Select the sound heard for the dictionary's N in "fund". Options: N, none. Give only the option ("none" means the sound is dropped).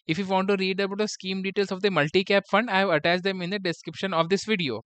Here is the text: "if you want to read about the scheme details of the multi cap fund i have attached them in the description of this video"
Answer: N